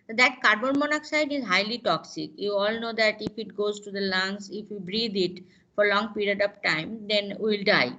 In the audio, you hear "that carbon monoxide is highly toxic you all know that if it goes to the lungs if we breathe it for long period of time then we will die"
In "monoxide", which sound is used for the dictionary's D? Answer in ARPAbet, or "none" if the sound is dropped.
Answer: D